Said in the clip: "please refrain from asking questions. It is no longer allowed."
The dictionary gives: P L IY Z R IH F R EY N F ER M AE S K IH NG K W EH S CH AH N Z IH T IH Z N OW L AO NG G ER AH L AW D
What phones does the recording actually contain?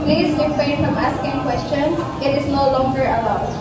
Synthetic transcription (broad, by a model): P L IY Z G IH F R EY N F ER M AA S K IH NG K W EH S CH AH N S IH T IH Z N OW L AO NG G ER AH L AW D